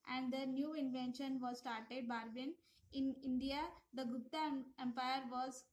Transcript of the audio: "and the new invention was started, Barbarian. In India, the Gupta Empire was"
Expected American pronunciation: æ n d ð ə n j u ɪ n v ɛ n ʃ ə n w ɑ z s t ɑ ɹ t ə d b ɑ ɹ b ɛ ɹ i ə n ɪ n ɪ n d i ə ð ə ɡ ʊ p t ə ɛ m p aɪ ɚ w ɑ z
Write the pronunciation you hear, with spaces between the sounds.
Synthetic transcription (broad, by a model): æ n d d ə n j u ɪ n v ɛ n ʃ ə n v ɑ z s t ɑ ɹ t ə d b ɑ ɹ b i n ɪ n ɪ n d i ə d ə ɡ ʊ t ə ɛ m p aɪ ɚ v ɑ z